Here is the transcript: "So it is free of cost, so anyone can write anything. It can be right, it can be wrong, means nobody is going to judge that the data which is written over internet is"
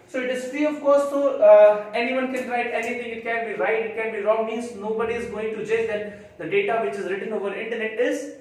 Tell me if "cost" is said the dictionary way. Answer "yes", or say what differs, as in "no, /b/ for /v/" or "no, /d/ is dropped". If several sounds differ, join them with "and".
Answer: no, /s/ is dropped